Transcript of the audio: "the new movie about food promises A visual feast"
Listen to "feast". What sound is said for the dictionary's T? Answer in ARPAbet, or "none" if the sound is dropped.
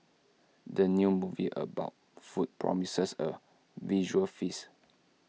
none